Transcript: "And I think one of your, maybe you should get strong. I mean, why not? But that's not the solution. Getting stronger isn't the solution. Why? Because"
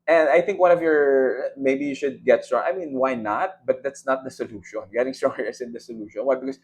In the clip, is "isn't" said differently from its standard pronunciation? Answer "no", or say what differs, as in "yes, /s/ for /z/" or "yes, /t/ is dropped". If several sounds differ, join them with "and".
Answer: yes, /s/ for /z/